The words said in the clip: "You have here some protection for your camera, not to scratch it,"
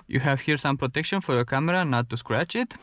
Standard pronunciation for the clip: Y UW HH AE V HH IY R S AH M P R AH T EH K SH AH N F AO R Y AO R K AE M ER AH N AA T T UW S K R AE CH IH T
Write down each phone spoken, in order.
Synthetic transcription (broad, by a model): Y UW HH AE V HH IY R S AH M P R AH T EH K SH AH N F AO R Y AO R K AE M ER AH N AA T T UW S K R AE CH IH T